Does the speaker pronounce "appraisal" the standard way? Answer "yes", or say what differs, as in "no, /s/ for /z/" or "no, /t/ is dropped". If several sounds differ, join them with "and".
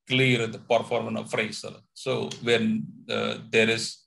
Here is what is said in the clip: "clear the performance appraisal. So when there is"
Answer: no, /f/ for /p/